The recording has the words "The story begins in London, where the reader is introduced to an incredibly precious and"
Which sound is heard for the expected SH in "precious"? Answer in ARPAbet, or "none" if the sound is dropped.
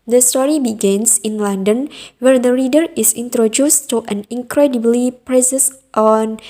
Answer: S